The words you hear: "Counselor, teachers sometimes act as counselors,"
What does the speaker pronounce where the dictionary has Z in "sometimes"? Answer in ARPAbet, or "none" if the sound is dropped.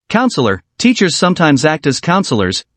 Z